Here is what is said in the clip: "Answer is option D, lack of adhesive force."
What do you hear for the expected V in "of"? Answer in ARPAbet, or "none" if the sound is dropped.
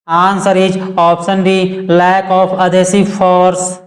P